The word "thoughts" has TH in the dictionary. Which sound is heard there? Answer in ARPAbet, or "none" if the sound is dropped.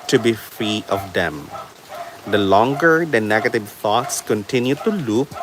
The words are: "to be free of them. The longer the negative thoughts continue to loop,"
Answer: T